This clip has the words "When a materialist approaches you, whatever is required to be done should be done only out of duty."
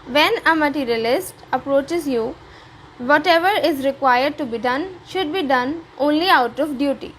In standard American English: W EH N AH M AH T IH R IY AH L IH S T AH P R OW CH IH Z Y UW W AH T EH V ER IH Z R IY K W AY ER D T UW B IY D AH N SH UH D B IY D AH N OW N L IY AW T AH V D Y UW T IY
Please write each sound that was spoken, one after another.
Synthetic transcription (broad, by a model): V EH N AH M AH T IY R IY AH L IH S T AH P R OW CH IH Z Y UW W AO T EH V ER IH Z R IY K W AY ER D T UW B IY D AH N SH UH D B IY D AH N OW N L IY AW T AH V D Y UW T IY